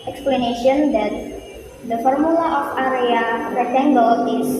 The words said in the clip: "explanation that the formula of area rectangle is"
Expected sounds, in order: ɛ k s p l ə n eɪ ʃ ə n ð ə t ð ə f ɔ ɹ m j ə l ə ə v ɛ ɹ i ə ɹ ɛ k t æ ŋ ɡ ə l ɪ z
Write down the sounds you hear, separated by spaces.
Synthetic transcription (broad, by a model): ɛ k s p l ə n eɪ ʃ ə n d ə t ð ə f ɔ ɹ m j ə l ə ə f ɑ ɹ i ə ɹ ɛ t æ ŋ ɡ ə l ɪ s